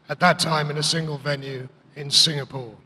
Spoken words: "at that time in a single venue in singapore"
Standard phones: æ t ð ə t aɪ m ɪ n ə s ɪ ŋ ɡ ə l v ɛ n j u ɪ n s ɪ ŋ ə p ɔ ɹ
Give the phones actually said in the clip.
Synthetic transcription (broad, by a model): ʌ t ð ə t aɪ m ɪ n ə s ɪ ŋ ɡ ə l v ɛ n j u ɪ n s ɪ ŋ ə p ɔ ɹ